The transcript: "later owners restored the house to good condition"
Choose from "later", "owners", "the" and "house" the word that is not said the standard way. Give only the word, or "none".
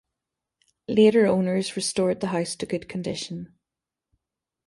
none